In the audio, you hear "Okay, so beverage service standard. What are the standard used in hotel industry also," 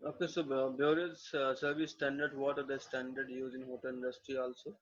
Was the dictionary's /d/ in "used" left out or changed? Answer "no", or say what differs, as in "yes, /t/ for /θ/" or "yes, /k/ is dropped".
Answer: yes, /d/ is dropped